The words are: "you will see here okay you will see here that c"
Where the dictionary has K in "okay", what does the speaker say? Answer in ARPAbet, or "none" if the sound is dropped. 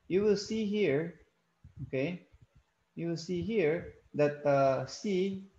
K